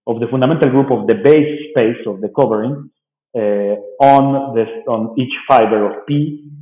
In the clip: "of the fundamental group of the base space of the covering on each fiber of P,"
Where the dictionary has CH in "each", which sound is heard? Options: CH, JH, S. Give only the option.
CH